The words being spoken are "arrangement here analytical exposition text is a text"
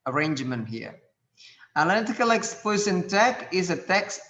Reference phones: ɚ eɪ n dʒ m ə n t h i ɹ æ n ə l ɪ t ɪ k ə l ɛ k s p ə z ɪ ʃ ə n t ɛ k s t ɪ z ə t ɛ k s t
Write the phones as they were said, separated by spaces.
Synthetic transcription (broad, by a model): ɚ eɪ n dʒ m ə n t h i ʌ ə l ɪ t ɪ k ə l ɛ k s p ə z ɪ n t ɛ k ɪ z ə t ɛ k s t